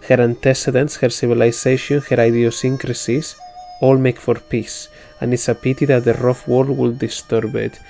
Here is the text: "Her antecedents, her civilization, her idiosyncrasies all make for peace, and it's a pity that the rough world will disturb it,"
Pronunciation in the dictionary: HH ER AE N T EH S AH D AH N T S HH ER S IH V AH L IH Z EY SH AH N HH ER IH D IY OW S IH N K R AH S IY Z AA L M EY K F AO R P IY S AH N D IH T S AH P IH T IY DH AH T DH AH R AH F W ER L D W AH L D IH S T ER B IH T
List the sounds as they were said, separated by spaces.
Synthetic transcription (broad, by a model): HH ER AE N T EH S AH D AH N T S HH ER S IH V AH L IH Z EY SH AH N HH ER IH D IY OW S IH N K R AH S IY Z AA L M EY K F AO R P IY S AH N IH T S AH P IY T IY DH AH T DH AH R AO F W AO D W AH L D IH S T ER B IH T